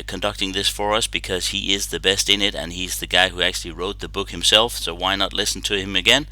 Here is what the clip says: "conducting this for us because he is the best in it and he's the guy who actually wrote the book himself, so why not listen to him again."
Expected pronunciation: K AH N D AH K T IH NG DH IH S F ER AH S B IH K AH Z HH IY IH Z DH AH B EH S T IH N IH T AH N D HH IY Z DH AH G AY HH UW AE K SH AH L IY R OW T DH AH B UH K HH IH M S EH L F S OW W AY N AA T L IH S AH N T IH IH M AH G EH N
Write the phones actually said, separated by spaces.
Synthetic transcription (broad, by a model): K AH N D AH K T IH NG DH IH S F ER AH S B IH K AH Z HH IY IH Z DH AH B EH S T IH N IH T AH N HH IY Z DH AH G AY HH UW AE K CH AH L IY R OW T DH AH B UH K HH IH M S EH L F S OW W AY N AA T L IH S N T IH IH M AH G EH N